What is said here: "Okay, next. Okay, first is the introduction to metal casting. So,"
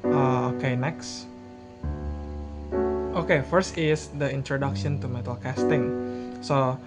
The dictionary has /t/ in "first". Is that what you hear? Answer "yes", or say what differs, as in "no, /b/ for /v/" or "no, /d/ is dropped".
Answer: yes